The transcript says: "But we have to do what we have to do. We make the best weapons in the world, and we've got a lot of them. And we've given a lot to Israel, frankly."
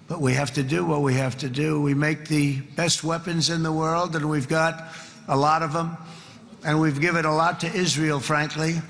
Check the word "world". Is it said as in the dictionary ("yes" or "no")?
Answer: yes